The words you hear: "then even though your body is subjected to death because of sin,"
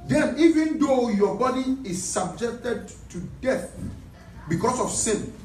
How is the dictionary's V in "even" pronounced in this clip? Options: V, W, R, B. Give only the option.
V